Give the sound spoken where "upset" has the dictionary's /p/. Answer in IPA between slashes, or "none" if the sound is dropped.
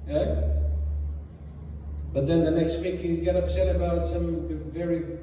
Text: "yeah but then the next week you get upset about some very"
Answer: /p/